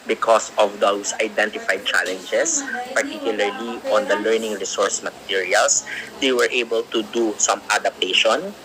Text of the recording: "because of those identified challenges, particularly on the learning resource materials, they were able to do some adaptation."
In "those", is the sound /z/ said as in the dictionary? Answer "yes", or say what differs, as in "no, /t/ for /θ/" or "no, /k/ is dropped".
no, /s/ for /z/